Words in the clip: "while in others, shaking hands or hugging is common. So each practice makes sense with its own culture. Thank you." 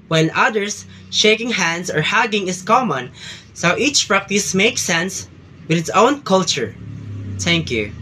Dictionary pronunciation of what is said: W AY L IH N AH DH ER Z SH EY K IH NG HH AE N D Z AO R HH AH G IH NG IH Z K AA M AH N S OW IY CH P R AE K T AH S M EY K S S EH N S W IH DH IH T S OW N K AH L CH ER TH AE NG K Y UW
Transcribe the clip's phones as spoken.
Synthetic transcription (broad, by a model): W IH N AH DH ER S SH EY K IH NG HH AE N D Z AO R HH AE G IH NG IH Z K AA M AH N S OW IY CH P R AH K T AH S M EY K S S EH N S W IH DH IH T S OW N K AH L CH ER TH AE NG K Y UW